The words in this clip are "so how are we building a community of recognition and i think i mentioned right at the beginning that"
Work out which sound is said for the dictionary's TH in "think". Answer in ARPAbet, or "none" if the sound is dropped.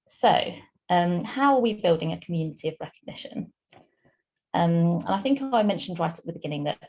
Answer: TH